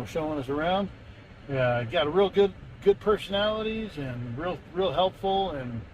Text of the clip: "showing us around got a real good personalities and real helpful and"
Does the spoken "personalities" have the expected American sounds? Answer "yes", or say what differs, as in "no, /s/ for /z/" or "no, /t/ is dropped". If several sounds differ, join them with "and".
yes